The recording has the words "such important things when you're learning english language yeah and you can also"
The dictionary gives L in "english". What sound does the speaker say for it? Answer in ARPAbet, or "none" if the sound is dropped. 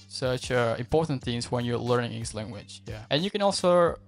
none